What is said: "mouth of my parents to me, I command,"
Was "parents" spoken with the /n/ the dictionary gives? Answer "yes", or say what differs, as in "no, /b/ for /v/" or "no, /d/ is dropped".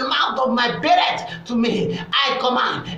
no, /n/ is dropped